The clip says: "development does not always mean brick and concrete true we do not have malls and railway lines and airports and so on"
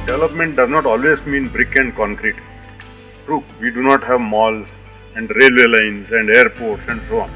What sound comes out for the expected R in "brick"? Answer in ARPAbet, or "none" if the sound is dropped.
R